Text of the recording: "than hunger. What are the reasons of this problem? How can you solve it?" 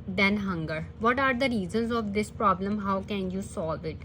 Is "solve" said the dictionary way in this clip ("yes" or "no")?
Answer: yes